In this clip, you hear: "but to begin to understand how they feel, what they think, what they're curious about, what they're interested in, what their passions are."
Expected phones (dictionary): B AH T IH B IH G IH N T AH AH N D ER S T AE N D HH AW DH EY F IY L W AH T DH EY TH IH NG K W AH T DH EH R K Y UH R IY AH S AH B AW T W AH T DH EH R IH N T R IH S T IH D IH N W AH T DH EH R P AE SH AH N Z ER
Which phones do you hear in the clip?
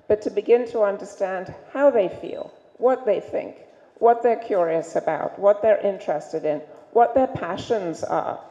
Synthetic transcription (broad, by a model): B AH T IH B IH G IH N T AH AH N D ER S T AE N D HH AW DH EY F IY L W AH T DH EY TH IH NG K W AH T DH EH R K Y UH R IY AH S AH B AW T W AH T DH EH R IH N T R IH S T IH D IH N W AH T DH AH R P AE SH AH N Z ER